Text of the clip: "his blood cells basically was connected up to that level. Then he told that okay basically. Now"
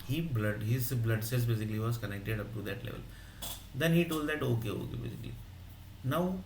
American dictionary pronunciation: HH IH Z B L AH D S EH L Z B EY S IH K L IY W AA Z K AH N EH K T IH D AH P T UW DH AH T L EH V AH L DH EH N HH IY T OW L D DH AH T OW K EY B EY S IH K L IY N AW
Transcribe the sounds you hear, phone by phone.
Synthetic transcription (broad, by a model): HH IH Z B L AH D S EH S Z B EY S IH K L IY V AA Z K AH N EH K T IH D AH P T UW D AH T L EH V AH L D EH N HH IY T OW L D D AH T OW K EY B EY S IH K L IY N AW